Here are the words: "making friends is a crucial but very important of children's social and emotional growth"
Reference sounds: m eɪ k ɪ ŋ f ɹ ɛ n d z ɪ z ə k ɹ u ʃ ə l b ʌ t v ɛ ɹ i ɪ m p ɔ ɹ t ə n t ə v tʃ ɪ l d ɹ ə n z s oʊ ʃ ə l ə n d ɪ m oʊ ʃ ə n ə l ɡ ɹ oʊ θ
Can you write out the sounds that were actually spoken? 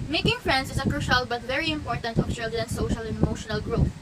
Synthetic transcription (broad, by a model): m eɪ k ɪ ŋ f ɹ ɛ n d s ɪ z ə k ɹ u ʃ ə l b ʌ t v ɛ ɹ i ɪ m p ɔ ɹ t ə n t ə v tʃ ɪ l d ə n s oʊ ʃ ə l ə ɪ m oʊ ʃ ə n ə l ɡ ɹ oʊ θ